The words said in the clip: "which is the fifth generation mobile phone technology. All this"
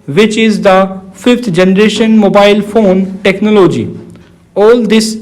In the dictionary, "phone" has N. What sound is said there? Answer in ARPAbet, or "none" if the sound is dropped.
N